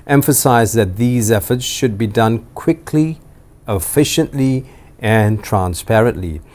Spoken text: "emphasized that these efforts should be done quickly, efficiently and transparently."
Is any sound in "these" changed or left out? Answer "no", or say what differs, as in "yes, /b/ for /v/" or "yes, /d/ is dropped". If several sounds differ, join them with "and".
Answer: no